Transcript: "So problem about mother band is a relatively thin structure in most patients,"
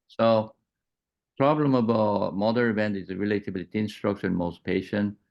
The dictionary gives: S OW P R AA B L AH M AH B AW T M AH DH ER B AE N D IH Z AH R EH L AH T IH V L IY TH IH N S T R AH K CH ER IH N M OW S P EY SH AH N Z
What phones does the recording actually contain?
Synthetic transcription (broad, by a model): S OW P R AA B L AH M AH B AW T M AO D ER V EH N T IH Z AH R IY L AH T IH B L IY T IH N S T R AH K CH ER IH N M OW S P EY SH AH N